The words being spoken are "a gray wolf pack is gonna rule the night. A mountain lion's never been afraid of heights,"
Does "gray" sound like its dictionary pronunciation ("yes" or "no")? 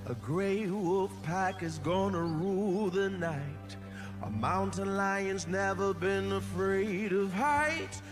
yes